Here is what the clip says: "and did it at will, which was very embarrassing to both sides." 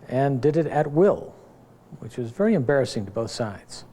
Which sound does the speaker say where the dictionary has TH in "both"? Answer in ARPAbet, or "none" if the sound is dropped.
TH